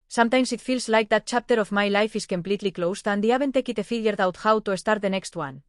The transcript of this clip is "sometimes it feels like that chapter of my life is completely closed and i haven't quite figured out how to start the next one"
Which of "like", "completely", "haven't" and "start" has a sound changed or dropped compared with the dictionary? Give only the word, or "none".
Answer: haven't